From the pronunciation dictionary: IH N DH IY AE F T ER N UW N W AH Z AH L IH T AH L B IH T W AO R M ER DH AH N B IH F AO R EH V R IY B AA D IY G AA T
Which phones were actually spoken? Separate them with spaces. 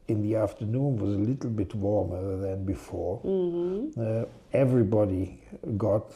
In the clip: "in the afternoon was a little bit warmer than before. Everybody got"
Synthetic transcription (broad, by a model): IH N DH IY AE F T ER N UW N W AH Z AH L IH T L B IH T W AO R M ER DH AH N B IH F AO R EH V R IY B AA D IY G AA T